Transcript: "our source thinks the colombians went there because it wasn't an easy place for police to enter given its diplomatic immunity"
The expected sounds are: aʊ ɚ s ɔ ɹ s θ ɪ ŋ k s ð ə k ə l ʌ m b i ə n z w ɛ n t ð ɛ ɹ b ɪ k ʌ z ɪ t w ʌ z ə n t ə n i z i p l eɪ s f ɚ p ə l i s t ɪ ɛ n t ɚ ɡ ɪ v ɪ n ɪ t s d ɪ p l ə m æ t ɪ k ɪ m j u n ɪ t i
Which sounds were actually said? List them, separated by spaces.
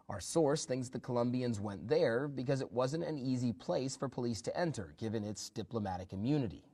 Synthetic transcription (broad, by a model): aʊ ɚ s ɔ ɹ s θ ɪ ŋ k s ð ə k ə l ʌ m b i ə n z w ɛ n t ð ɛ ɹ b ɪ k ʌ z ɪ t w ʌ z ə n t ə n i z i p l eɪ s f ɚ p ə l i s t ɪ ɛ n t ɚ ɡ ɪ v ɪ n ɪ t s d ɪ p l ə m æ t ɪ k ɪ m j u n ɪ t i